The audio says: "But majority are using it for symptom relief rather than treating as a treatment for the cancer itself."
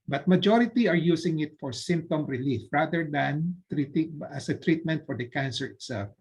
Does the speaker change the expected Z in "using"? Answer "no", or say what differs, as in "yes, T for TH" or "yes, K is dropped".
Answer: yes, S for Z